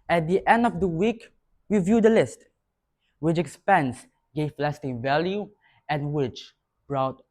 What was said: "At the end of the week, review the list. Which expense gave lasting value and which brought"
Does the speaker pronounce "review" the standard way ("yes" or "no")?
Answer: no